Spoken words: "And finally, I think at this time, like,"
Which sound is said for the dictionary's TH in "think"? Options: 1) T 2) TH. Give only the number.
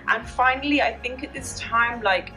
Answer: 2